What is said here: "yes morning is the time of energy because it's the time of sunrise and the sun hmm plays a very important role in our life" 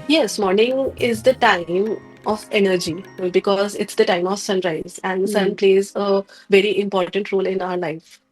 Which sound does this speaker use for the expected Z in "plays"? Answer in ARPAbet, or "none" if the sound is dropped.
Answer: Z